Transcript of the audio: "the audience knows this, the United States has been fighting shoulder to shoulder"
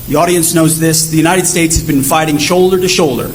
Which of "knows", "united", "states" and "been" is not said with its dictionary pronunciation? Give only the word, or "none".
none